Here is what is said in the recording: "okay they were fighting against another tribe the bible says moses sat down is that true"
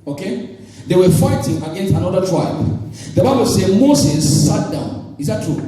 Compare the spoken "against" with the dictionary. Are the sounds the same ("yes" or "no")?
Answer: yes